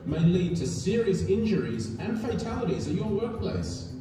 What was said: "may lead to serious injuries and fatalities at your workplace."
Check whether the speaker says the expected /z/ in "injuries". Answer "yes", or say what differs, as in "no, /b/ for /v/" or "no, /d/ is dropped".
yes